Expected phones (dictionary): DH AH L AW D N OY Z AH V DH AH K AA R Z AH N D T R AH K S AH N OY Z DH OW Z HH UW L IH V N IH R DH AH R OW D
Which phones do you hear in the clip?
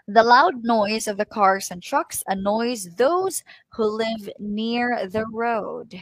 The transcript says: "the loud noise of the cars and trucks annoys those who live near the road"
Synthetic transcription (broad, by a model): DH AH L AW D N OY Z AH V DH AH K AA R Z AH N T R AH K S AH N OY Z DH OW Z HH UW L IH V N IH R DH AH R OW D